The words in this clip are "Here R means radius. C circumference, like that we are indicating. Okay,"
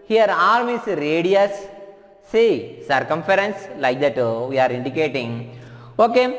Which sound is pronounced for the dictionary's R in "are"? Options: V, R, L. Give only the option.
R